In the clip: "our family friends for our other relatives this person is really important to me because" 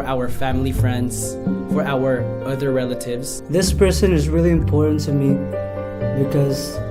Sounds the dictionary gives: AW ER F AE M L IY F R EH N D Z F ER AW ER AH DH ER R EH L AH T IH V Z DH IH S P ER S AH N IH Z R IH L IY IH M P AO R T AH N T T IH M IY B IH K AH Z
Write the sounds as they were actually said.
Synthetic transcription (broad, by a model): AW ER F AE M L IY F R EH N D Z F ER AW ER AH DH ER R EH L AH T IH V Z DH IH S P ER S AH N IH Z R IH L IY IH M P AO R T N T T IH M IY B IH K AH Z